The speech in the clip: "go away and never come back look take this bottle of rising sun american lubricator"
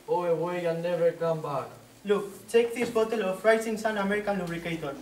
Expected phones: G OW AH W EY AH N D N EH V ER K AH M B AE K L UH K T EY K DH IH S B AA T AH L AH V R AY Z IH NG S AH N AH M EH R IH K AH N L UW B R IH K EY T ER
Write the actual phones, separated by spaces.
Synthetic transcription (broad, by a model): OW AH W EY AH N N EH V ER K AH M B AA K L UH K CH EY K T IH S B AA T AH L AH F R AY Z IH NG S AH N AH M EH R IH K AH N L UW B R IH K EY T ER